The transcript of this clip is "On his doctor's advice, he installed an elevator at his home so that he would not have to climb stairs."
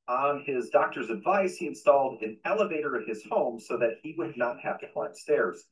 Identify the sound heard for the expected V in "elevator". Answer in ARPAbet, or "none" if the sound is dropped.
V